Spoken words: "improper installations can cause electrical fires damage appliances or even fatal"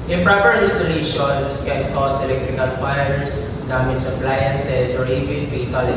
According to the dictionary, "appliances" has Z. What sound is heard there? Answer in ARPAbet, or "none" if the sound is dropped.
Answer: S